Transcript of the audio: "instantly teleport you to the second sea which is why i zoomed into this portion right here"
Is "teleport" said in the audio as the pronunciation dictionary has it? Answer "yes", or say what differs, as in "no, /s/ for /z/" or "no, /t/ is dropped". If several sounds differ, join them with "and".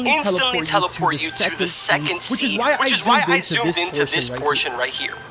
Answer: no, /f/ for /p/